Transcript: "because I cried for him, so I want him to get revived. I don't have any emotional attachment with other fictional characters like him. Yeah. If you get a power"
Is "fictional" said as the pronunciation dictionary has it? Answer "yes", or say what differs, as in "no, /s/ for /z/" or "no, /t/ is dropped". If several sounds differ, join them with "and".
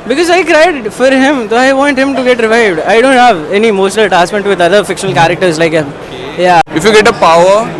yes